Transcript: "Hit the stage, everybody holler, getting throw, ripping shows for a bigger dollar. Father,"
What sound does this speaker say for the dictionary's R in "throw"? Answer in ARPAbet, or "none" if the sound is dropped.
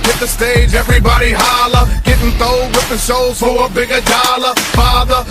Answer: none